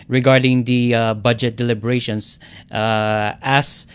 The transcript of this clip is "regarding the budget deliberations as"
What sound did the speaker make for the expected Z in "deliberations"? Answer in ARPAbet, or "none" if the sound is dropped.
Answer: S